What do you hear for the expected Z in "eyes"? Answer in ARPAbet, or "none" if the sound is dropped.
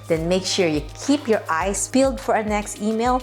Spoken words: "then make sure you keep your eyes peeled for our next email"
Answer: S